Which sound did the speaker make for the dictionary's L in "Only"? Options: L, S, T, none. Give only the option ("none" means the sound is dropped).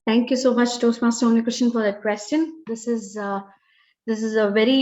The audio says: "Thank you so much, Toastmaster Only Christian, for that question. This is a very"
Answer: none